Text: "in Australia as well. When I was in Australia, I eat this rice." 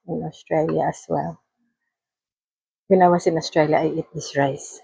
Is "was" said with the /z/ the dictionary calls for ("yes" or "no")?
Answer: no